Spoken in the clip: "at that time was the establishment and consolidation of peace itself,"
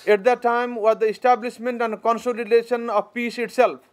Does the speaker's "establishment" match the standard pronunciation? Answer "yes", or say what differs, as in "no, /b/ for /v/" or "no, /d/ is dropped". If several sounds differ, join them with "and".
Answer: no, /s/ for /ʃ/